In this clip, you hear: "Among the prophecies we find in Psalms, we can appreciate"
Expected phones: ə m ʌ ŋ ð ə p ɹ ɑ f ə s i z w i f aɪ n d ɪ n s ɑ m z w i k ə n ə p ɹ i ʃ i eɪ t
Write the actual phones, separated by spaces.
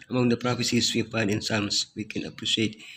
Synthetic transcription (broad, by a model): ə m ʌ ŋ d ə p ɹ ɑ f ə s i s w i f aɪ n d ɪ n s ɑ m s w i k ə n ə p ɹ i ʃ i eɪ t